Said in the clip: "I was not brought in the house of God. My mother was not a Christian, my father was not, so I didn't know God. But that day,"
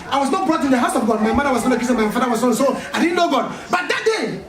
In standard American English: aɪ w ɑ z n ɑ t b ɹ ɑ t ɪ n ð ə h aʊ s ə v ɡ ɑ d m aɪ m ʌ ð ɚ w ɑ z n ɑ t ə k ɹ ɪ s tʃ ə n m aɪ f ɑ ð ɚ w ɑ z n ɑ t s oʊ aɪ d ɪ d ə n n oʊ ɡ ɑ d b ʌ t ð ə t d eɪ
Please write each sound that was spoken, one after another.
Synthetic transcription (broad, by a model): aɪ w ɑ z n ɑ t b ɹ ɑ t ɪ n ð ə h aʊ s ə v ɡ ɑ d m aɪ m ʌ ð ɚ w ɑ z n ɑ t ə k ɪ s ə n m aɪ f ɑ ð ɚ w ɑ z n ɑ s oʊ aɪ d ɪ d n n oʊ ɡ ɑ d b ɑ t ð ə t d eɪ